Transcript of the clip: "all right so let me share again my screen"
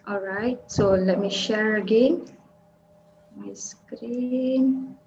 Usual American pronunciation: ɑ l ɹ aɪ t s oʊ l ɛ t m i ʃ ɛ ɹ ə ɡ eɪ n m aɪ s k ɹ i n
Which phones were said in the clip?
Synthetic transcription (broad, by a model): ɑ l ɹ aɪ t s oʊ l ɛ t m i ʃ ɛ ɹ ə ɡ eɪ n m aɪ s k ɹ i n